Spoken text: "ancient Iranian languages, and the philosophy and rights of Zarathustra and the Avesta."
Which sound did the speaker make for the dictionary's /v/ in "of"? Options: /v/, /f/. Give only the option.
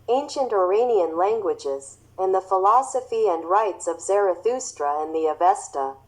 /v/